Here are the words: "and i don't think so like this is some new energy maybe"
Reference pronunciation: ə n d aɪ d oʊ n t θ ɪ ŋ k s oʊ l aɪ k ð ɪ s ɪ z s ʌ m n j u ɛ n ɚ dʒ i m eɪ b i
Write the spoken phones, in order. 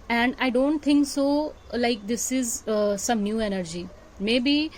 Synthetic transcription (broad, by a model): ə n d aɪ d oʊ n t t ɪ ŋ k s oʊ l aɪ k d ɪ s ɪ z s ʌ m n j u ɛ n ɚ dʒ i m eɪ b i